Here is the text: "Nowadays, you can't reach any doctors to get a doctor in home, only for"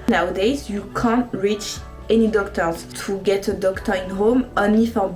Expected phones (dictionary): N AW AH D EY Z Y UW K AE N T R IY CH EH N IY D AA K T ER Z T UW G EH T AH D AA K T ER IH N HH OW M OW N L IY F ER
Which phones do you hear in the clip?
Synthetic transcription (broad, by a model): N AW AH D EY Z Y UW K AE N T R IY CH EH N IY D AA K T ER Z T UW G EH T AH D AA K T ER IH N HH OW M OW N IY F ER